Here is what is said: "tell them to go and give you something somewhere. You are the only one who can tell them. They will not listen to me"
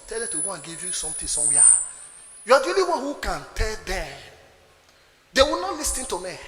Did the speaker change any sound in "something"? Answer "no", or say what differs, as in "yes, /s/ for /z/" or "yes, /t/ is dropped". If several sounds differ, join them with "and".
yes, /t/ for /θ/